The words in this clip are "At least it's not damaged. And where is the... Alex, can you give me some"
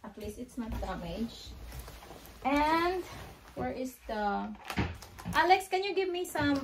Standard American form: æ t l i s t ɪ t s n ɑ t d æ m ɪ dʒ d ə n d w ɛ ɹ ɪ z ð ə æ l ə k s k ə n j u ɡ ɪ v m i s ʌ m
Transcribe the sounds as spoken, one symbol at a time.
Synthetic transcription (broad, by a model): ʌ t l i s ɪ t s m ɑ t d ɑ m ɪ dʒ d ə n d w ɛ ɹ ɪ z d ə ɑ l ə k s k ə n j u ɡ ɪ v m i s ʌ m